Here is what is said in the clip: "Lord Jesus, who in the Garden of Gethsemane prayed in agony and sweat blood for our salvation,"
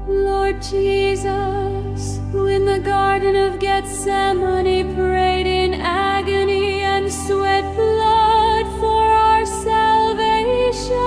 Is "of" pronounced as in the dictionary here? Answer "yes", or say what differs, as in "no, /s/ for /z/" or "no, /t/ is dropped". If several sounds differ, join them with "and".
yes